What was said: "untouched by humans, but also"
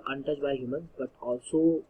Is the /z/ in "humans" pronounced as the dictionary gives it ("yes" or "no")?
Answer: no